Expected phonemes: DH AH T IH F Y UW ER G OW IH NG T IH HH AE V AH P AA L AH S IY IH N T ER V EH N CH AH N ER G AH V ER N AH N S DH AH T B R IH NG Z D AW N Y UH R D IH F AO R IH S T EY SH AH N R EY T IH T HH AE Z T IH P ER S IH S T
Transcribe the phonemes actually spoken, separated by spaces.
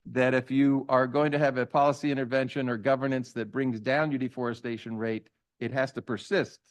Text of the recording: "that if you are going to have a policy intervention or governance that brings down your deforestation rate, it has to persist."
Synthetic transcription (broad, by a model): DH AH T IH F Y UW ER G OW IH NG T IH V AH P AA L AH S IY IH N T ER V EH N SH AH N ER G AH V ER N AH N S DH AH T B R IH NG Z D AW N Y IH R D IH F AO R IH S T EY SH AH N R EY T IH T HH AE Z T IH P ER S IH S T